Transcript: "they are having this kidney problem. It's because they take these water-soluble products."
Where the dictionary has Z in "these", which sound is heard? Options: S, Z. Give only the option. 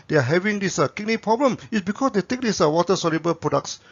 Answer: S